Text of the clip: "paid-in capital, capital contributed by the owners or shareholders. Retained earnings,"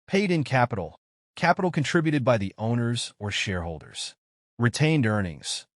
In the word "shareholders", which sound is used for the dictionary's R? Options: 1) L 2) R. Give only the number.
2